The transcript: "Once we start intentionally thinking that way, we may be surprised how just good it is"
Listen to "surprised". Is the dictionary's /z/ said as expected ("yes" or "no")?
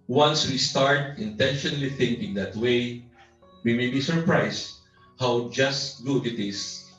no